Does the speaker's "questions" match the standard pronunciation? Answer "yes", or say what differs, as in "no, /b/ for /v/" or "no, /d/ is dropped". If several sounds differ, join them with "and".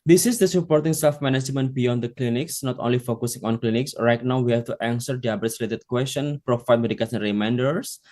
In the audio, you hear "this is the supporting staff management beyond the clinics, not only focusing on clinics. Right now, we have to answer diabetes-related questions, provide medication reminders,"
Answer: no, /z/ is dropped